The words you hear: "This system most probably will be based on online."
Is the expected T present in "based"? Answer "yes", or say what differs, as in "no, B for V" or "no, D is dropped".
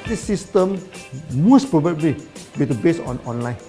no, T is dropped